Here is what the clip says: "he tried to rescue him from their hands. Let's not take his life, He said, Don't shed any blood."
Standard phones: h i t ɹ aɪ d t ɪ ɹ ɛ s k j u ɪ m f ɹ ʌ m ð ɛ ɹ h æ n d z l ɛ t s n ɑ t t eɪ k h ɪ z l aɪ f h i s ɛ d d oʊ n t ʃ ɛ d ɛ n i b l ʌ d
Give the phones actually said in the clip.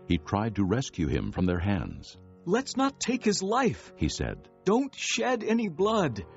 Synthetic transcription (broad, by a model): h i t ɹ aɪ d t ɪ ɹ ɛ s k j u ɪ m f ɹ ʌ m ð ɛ ɹ h æ n d z l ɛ t s n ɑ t t eɪ k h ɪ z l aɪ f h i s ɛ d d oʊ n t ʃ ɛ d ɛ n i b l ʌ d